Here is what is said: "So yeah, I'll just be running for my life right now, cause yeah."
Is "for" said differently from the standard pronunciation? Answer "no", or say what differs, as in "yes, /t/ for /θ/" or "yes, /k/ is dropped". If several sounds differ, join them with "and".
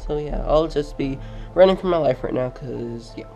no